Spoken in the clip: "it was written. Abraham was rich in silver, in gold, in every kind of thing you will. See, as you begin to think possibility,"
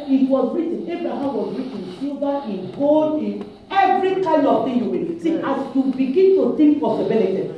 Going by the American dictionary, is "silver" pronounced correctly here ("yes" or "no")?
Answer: no